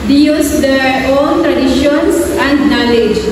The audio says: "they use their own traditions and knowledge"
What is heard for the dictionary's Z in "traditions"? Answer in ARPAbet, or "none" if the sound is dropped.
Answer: S